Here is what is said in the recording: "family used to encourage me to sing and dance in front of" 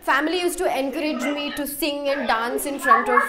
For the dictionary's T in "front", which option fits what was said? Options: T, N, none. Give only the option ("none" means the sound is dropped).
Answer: T